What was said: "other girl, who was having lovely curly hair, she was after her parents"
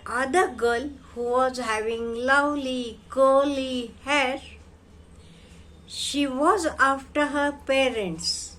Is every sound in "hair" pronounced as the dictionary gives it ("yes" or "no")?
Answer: yes